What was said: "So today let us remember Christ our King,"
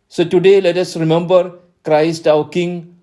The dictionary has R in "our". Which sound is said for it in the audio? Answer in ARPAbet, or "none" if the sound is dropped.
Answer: W